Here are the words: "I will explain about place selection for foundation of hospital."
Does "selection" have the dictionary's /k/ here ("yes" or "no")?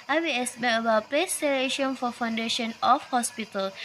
no